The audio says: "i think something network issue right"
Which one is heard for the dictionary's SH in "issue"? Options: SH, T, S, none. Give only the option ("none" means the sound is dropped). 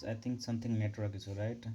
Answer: S